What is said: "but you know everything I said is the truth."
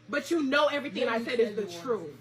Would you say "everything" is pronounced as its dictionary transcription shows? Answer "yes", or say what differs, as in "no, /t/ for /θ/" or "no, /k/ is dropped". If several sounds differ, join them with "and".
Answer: yes